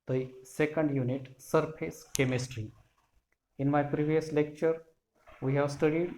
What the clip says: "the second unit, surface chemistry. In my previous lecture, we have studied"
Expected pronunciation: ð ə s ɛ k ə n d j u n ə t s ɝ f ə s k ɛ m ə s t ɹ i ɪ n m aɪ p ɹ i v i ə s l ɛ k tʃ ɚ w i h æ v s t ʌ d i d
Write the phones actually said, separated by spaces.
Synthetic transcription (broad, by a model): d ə s ɛ k ə n d j u n ə t s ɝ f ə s k ɛ m ə s t ɹ i ɪ n m aɪ p ɹ i v i ə s l ɛ k tʃ ɚ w i h æ v s t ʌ d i d